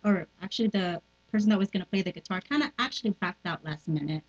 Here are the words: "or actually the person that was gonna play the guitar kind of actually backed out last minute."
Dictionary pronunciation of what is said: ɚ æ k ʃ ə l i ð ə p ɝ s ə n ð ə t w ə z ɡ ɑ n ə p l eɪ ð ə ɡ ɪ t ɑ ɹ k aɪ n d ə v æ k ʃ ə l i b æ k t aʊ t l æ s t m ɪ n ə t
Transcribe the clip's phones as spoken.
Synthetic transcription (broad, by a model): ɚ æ k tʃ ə l i ð ə p ɝ s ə n ð ə t w ə z ɡ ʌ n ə p l eɪ ð ə ɡ ɪ t ɑ ɹ k aɪ n d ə æ k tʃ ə l i b æ k t aʊ t l æ s t m ɪ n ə t